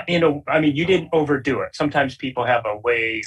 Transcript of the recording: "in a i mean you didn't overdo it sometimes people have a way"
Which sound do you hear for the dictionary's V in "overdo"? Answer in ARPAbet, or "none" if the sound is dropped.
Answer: V